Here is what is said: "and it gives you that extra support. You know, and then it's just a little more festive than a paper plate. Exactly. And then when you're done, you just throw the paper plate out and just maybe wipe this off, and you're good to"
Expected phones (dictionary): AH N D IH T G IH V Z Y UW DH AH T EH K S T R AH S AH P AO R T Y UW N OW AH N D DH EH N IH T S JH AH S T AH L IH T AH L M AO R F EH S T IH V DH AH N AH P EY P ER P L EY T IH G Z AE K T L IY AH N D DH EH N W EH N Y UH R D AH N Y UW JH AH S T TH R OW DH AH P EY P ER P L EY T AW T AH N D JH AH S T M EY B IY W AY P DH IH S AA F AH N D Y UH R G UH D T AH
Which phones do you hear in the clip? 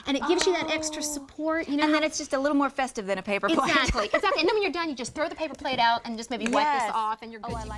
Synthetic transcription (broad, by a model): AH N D IH T G IH V Z Y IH DH AH T EH K S T R AH S AH P AO R T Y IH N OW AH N DH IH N IH T S JH AH S T AH L IH T L M AO R F EH S T IH V DH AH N AH P EY P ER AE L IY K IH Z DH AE T N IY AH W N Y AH R D AH N Y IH JH AH S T TH R OW DH AH P EY P ER P L EY T AW T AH N JH AH S M EY B IY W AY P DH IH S AA F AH N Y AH R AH